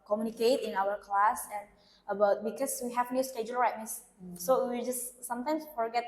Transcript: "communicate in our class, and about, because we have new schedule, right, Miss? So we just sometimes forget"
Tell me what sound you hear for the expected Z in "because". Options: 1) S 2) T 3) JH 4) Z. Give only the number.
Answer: 1